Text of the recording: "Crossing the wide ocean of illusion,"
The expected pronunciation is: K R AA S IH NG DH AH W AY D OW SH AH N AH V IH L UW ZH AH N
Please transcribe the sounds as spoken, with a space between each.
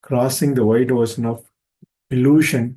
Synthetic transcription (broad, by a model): K R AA S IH NG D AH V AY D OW S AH N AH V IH L UW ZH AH N